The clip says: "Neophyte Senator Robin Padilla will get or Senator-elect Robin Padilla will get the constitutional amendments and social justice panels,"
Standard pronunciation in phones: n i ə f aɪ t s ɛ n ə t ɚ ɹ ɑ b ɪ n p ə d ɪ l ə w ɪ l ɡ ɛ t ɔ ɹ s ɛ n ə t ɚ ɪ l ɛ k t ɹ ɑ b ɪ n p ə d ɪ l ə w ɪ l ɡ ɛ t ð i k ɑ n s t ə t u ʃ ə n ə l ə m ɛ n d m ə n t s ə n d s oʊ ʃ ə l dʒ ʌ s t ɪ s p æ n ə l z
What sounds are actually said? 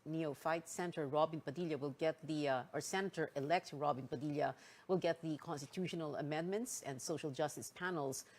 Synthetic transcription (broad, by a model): n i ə f aɪ t s ɛ n t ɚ ɹ ɑ b ɪ n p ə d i l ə w ɪ l ɡ ɛ t ɔ ɹ s ɛ n ə t ɚ ɪ l ɛ k t ɹ ɑ b ɪ n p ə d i l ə w ɪ l ɡ ɛ t ð i k ɑ n s t ə t u ʃ ə n ə l ə m ɛ n d m ə n t s ə n d s oʊ ʃ ə l dʒ ʌ s t ɪ s p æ n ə l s